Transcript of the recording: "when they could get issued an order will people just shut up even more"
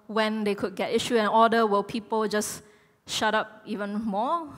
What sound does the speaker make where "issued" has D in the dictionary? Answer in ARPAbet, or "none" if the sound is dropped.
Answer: none